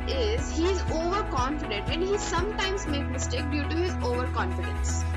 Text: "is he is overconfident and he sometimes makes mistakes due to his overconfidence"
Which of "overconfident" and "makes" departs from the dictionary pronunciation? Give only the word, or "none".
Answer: makes